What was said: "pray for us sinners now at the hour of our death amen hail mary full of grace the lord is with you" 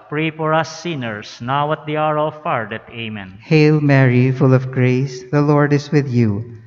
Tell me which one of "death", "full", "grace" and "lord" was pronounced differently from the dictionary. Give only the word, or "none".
death